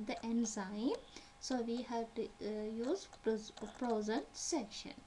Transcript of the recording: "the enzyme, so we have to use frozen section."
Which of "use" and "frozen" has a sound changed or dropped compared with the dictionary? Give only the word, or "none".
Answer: frozen